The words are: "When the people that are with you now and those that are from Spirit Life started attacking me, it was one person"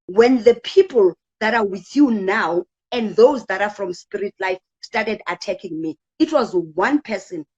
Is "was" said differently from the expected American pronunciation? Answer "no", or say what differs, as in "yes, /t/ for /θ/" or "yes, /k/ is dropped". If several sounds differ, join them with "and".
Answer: no